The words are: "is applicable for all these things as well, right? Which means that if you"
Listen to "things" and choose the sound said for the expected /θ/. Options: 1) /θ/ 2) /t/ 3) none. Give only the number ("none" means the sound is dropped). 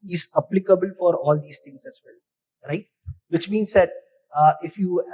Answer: 2